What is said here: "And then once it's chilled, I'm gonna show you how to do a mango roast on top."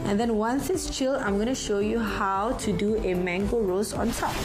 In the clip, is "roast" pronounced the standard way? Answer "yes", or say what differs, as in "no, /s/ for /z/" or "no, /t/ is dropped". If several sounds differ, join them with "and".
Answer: no, /t/ is dropped